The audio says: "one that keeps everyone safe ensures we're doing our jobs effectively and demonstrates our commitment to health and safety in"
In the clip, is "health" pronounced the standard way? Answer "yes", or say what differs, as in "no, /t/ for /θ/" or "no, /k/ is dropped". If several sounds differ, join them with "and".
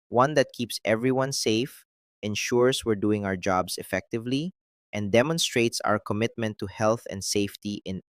yes